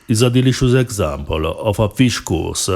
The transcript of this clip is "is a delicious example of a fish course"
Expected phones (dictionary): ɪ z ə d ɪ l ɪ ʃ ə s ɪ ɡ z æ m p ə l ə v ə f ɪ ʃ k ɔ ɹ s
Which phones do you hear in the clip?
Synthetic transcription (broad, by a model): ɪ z ə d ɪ l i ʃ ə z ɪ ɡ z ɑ m p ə l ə f ə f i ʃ k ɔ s